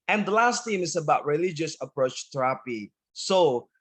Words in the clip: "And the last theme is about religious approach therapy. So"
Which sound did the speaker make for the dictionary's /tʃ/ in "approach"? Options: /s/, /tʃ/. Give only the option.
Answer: /tʃ/